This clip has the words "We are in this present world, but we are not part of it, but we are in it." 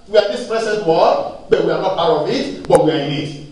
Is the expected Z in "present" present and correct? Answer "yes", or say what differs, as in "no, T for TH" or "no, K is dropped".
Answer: no, S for Z